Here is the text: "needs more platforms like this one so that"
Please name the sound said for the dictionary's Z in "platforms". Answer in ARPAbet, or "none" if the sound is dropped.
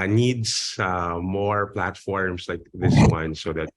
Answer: S